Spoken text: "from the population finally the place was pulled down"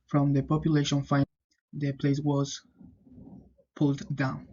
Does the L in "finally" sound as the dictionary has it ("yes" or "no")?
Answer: no